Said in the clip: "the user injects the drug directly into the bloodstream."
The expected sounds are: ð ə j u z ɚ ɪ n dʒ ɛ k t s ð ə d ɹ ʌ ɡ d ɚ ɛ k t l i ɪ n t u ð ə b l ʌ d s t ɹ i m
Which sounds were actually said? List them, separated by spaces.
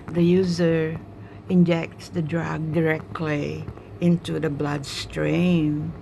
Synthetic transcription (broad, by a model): ð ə j u z ɚ ɪ n dʒ ɛ k t s ð ə d ɹ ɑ ɡ d ɚ ɛ k t l i ɪ n t u ð ə b l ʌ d s t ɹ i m